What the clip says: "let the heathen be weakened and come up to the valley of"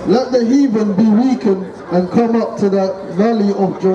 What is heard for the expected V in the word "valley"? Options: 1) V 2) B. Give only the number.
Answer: 1